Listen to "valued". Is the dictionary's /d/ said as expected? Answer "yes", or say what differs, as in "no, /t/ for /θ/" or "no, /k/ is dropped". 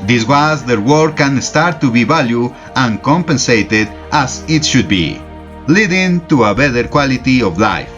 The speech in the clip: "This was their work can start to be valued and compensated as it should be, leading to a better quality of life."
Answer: no, /d/ is dropped